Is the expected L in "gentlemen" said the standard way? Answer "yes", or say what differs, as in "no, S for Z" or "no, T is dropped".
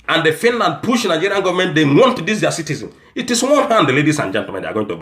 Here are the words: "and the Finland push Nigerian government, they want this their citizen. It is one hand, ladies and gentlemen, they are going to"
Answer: no, L is dropped